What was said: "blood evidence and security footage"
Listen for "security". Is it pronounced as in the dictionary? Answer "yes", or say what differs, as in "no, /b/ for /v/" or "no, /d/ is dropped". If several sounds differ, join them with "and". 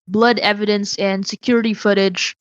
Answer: yes